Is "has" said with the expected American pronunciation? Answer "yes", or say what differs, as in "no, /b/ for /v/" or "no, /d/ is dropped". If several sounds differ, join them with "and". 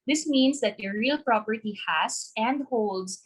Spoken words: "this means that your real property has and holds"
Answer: no, /s/ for /z/